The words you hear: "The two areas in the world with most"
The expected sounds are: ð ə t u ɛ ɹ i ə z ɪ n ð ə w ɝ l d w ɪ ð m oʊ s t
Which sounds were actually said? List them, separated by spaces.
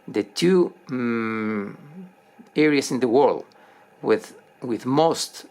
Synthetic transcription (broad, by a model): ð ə t u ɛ ɹ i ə s ɪ n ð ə w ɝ l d w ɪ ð m oʊ s t